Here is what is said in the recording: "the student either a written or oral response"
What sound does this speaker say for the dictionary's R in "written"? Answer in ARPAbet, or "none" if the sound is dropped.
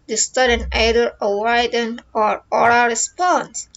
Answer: W